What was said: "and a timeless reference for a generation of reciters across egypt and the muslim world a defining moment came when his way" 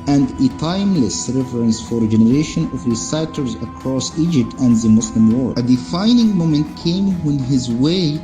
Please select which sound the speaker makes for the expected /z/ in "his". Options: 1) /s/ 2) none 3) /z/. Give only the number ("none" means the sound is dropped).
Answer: 3